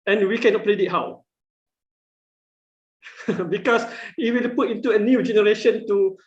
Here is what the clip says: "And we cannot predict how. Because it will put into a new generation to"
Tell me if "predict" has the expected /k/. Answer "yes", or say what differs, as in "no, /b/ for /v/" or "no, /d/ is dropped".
no, /k/ is dropped